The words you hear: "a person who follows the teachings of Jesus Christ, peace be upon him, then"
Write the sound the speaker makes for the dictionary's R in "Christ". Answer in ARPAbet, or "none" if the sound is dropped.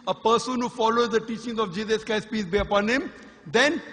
none